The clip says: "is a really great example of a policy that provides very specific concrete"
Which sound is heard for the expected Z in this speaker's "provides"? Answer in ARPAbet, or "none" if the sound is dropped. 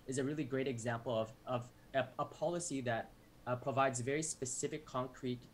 Z